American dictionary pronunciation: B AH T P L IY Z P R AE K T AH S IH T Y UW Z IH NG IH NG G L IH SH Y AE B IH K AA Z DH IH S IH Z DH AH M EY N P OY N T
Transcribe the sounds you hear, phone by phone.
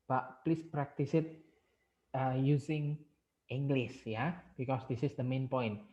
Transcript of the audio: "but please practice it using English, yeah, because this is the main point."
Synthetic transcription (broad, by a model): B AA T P L IY S P R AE K T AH S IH T Y UW S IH NG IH NG G L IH S Y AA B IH K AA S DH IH S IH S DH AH M EY N P OY N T